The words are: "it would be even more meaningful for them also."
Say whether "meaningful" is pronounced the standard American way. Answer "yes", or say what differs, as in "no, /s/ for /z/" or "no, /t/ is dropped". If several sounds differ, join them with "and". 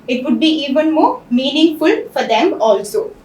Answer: yes